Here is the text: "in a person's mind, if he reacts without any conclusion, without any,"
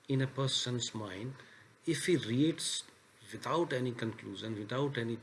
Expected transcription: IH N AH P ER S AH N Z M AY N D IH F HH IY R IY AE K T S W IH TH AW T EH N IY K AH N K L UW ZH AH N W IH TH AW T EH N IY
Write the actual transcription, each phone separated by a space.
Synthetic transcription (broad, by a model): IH N AH P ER S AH N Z M AY N D IH F HH IY R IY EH T S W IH T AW T EH N IY K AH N K L UW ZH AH N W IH T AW T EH N IY